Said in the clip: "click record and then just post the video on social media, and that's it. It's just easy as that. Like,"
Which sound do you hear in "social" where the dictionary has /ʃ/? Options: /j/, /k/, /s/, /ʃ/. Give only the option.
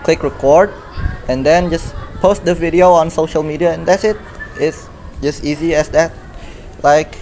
/ʃ/